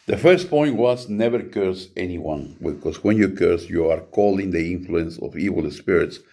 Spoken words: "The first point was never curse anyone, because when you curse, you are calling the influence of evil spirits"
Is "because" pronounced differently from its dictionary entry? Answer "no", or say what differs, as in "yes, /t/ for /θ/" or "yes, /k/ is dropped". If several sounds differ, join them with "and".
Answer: yes, /s/ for /z/